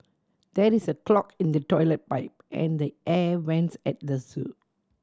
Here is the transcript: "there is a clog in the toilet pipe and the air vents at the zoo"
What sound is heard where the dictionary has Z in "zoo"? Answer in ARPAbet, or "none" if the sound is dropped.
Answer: S